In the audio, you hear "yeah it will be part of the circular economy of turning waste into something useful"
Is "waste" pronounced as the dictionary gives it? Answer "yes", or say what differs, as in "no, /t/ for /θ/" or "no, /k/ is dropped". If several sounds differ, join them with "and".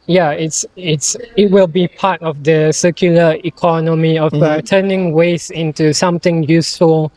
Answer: no, /t/ is dropped